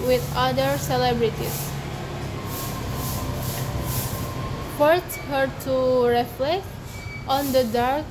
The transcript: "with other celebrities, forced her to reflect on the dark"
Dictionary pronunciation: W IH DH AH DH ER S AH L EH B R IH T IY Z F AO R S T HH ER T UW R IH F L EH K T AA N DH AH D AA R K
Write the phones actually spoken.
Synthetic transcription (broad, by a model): W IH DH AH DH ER S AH L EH B R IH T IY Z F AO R T HH ER T UW R IH F L EH K T AA N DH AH D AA R K